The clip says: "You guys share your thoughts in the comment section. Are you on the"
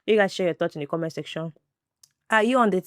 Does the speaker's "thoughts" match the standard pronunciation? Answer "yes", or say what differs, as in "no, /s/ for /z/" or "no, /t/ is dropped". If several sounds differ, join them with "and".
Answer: no, /s/ is dropped